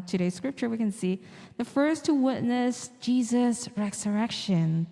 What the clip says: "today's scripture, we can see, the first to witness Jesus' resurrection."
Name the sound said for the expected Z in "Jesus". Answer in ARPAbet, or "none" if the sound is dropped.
Z